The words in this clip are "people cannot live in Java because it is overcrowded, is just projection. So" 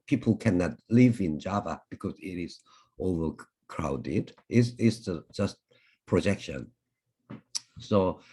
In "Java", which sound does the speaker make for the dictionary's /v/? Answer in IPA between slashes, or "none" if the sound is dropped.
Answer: /v/